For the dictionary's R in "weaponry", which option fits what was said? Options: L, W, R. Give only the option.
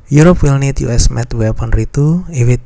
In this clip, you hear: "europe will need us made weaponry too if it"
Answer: R